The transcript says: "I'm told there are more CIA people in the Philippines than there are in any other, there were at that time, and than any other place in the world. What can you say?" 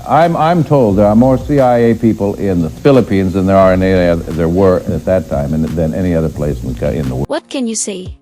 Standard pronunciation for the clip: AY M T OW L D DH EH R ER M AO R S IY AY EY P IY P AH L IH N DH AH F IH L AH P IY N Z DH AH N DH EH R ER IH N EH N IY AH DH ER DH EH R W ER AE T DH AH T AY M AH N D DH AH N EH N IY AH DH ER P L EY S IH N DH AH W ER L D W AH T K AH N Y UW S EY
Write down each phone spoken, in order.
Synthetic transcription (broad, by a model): AY M T OW L D DH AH R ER M AO R S IY AY EY P IY P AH L IH N DH AH F IH L AH P IY N Z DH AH N DH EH R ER EH N IY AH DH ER DH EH R W ER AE T DH AH T AY M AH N DH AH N EH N IY AH DH ER P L EY S IH N DH AH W W AH T K AH N Y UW S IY